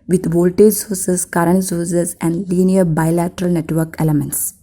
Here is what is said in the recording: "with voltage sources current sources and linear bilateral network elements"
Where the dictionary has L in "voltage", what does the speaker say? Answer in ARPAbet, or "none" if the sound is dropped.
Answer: L